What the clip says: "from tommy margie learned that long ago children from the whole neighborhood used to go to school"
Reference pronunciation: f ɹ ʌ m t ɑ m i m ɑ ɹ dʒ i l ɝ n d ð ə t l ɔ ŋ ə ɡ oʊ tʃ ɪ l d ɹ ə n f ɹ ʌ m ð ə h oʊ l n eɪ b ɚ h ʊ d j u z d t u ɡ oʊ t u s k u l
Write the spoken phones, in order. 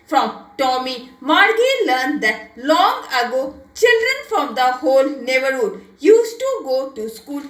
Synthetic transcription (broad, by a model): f ɹ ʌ m t ɑ m i m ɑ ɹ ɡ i l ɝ n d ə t l ɔ ŋ ə ɡ oʊ tʃ ɪ l d ɹ ə n f ɹ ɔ m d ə h oʊ l n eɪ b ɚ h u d j u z t u ɡ oʊ t u s k u l